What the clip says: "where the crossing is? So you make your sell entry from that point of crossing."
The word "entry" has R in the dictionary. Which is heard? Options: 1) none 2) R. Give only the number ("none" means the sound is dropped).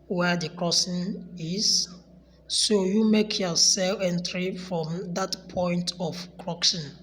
2